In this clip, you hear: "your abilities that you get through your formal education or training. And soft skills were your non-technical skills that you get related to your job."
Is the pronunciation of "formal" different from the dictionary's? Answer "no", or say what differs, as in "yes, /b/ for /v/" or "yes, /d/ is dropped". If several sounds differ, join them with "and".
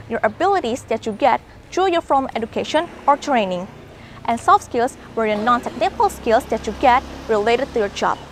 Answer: yes, /l/ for /ɹ/